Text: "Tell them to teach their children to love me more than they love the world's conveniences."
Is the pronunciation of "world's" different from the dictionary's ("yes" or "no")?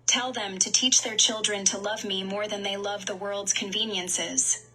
no